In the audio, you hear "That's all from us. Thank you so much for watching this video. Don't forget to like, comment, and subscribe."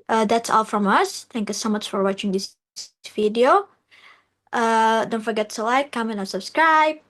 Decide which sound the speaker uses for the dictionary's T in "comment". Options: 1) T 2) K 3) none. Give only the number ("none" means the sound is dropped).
3